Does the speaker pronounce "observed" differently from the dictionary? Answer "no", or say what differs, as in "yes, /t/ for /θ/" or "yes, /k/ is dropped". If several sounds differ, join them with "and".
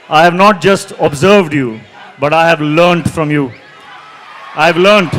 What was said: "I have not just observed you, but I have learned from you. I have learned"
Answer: no